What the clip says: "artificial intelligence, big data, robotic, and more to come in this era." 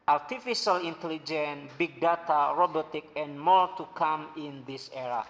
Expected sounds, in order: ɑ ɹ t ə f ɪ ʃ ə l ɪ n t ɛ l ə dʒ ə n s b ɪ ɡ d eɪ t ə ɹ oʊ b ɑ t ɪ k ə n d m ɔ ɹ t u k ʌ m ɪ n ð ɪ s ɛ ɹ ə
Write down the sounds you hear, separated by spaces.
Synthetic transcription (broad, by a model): ɑ ɹ t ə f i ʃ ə l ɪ n t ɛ l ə dʒ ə n b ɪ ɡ d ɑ t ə ɹ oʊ b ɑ t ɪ k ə n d m ɔ ɹ t u k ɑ m ɪ n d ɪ s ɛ ɹ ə